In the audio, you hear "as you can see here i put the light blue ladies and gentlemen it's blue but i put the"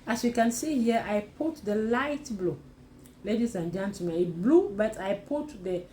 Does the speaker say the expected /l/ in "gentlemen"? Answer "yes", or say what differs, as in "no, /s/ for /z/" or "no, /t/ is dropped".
no, /l/ is dropped